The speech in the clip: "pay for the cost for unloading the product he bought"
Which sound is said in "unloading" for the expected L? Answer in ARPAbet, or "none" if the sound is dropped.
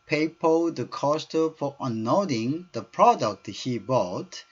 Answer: none